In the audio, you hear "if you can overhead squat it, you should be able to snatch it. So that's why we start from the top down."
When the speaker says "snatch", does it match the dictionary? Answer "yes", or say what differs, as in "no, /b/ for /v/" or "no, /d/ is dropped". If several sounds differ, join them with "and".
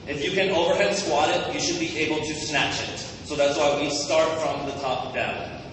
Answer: yes